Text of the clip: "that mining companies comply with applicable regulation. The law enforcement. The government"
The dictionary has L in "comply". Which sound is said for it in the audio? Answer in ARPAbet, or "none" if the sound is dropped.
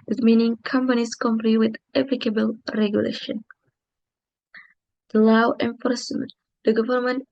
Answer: N